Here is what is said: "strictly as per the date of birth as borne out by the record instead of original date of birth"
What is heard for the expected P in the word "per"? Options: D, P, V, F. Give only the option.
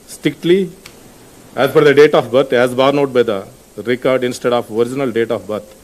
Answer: F